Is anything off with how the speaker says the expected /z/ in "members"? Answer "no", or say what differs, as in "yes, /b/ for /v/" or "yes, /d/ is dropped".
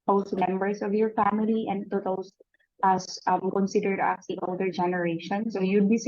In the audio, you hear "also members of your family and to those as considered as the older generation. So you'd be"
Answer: yes, /s/ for /z/